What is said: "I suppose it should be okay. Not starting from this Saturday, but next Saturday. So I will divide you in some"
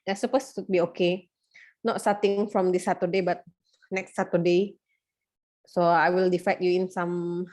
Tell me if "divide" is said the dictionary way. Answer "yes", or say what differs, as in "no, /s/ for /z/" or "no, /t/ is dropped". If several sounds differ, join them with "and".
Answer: no, /f/ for /v/